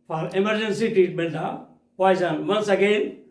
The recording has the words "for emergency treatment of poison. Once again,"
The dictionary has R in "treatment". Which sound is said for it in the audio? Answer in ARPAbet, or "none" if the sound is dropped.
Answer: none